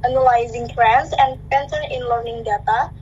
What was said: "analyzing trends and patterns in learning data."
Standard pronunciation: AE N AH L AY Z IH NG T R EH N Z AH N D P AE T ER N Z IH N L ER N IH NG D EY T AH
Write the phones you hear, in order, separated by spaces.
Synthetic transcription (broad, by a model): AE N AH L AY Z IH NG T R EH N S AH N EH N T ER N IH N L ER N IH NG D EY T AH